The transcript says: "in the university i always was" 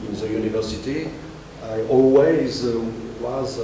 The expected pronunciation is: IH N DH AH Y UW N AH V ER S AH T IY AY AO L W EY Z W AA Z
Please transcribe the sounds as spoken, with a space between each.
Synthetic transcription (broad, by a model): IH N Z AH Y UW N AH V ER S AH T IY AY AO L W EY Z W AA Z